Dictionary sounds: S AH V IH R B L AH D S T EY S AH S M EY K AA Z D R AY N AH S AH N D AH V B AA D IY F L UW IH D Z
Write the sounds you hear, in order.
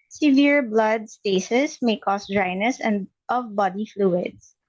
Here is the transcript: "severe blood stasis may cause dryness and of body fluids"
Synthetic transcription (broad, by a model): S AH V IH R B L AH D S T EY S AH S M EY K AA S D R AY N AH S AH N D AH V B AA D IY F L UW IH D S